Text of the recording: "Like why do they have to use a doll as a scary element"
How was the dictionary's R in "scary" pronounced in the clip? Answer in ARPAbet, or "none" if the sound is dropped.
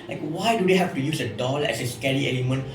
L